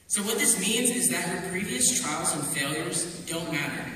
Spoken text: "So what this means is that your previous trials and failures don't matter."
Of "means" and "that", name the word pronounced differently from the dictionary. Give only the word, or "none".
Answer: none